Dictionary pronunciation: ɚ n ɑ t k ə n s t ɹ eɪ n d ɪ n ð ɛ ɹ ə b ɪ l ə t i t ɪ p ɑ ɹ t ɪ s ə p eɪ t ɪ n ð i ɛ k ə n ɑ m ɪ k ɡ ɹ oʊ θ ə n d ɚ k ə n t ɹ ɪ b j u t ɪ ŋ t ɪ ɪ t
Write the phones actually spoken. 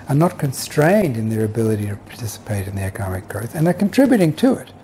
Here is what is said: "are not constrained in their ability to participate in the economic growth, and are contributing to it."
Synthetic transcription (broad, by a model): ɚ n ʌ t k ə n s t ɹ eɪ n d ɪ n ð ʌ ɹ ə b ɪ l ə t i t ɪ p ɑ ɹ t ɪ s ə p eɪ t ɪ n ð i ɛ k ə n ɑ m ɪ k ɡ ɹ oʊ θ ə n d ɚ k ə n t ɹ ɪ b j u t ɪ ŋ t ɪ ɪ t